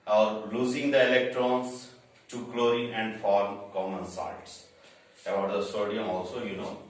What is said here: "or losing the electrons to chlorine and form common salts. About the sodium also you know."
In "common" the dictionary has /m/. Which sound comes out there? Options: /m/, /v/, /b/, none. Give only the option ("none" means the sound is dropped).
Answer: /m/